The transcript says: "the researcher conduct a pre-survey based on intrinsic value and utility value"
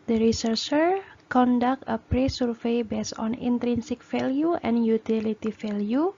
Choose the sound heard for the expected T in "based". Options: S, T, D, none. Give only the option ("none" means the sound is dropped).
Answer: none